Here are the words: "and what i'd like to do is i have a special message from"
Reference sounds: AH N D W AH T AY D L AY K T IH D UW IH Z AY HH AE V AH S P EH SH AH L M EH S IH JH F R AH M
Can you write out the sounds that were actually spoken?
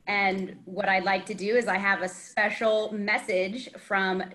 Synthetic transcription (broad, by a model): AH N W AH T AY L AY K T IH D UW IH Z AY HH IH V AH S P EH SH L M EH S IH JH F R AH M